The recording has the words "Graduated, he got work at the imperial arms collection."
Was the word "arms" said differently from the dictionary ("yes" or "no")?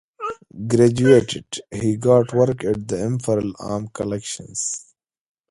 yes